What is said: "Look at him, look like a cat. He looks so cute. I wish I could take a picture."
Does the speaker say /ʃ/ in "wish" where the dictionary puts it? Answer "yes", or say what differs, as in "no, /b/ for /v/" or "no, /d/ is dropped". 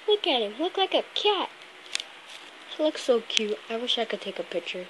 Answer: yes